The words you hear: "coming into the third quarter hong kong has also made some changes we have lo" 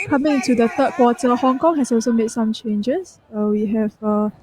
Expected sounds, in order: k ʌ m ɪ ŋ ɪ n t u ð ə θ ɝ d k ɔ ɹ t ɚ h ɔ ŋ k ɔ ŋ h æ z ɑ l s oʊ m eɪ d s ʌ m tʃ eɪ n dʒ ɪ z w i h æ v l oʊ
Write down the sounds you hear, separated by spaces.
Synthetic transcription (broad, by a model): k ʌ m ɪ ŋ ɪ n t u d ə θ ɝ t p ɔ t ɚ h ɔ ŋ k ɔ ŋ h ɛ s ɑ l s oʊ m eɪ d s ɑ m tʃ eɪ n dʒ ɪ s w i h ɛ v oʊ